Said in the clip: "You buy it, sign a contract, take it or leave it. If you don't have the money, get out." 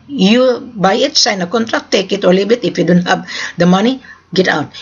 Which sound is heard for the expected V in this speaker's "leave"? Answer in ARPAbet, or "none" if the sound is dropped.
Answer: B